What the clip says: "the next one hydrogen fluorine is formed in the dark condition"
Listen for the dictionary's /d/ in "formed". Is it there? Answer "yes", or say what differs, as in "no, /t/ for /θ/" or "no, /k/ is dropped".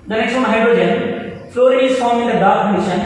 no, /d/ is dropped